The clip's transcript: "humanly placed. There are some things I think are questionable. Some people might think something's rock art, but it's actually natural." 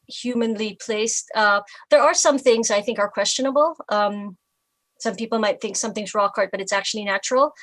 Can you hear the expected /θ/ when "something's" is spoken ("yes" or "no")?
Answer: yes